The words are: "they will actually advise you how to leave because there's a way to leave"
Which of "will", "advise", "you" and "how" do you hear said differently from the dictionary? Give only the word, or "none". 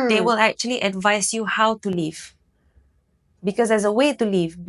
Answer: advise